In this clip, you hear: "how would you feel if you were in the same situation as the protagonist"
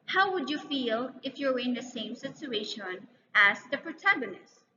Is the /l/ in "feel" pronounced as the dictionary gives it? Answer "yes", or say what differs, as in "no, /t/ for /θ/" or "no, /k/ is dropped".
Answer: yes